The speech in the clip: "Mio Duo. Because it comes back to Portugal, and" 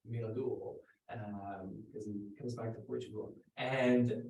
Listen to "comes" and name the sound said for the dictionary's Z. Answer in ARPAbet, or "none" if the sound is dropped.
Z